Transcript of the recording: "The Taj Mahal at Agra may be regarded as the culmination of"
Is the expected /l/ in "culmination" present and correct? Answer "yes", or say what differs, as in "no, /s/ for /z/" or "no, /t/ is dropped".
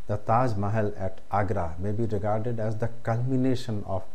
yes